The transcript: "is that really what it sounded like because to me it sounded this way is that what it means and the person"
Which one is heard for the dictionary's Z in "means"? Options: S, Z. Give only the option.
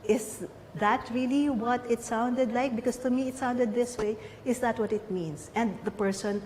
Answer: S